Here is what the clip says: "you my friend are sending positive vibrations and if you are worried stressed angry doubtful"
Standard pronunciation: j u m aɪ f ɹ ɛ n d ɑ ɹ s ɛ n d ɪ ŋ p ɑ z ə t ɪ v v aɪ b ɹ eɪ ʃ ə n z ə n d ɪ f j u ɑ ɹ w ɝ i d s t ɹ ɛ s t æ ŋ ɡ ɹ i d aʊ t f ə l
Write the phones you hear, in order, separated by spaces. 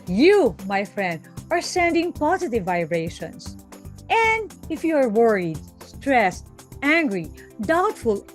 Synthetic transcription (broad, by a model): j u m aɪ f ɹ ɛ n d ɑ ɹ s ɛ n d ɪ ŋ p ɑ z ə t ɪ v v aɪ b ɹ eɪ ʃ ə n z ə n d ɪ f j u ɑ ɹ w ɝ i d s t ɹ ɛ s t æ ŋ ɡ ɹ i d aʊ t f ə l